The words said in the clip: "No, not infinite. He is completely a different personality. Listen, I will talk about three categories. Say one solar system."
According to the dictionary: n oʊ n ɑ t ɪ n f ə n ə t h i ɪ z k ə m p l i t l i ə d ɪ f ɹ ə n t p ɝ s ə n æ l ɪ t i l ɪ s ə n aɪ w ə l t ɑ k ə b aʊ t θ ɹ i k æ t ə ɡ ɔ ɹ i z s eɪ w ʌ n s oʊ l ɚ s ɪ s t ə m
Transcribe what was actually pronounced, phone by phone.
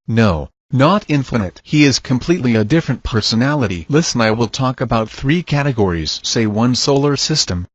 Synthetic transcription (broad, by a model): n oʊ n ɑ t ɪ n f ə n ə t h i ɪ z k ə m p l i t l i ə d ɪ f ɹ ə n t p ɝ s ə n æ l ɪ t i l ɪ s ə n aɪ w ə l t ɑ k ə b aʊ t θ ɹ i k æ t ə ɡ ɔ ɹ i z s eɪ w ʌ n s oʊ l ɚ s ɪ s t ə m